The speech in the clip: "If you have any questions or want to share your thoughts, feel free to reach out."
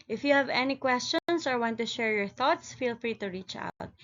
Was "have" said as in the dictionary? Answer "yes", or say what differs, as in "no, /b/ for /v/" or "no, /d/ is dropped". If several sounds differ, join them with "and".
yes